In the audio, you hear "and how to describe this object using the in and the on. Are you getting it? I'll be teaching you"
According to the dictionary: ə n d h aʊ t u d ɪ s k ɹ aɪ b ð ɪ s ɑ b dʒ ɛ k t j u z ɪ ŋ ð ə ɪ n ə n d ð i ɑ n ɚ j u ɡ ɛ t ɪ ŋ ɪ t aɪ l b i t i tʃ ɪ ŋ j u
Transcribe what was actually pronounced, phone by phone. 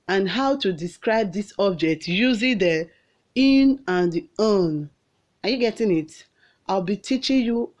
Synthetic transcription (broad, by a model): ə n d h aʊ t u d ɪ s k ɹ aɪ b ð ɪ s ɑ b dʒ ɛ k t j u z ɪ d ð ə ɪ n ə n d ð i ɑ n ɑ j u ɡ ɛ t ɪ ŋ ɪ t aɪ l b i t i tʃ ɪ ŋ j u